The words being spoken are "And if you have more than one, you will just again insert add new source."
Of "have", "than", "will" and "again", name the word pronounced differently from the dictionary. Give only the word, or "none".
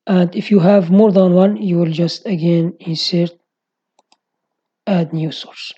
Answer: none